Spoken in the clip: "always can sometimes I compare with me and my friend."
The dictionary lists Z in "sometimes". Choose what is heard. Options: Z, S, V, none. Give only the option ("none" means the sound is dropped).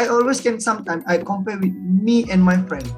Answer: none